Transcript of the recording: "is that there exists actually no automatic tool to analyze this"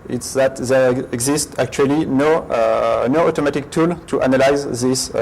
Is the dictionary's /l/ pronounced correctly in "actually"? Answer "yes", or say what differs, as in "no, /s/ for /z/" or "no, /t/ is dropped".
no, /n/ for /l/